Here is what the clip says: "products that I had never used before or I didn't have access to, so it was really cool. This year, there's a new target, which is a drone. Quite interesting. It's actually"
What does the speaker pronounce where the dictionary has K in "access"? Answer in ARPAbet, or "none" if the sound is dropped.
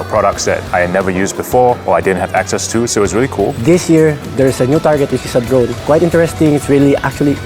K